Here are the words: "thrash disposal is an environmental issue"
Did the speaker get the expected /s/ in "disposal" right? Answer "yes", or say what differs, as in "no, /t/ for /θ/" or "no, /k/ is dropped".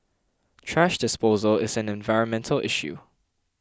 yes